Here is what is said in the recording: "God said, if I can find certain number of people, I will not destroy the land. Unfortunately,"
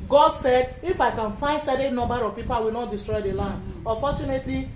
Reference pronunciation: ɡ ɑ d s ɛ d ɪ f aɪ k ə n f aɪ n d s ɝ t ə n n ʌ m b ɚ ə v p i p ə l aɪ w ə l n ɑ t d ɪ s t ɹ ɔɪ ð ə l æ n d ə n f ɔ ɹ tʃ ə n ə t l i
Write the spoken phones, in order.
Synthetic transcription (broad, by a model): ɡ ɑ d s ɛ d ɪ f aɪ k ə n f aɪ n d s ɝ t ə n n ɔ m b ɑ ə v p i p ə l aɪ w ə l n ɑ t d ɪ s t ɹ ɔɪ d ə l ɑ n d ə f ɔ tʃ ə n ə t l i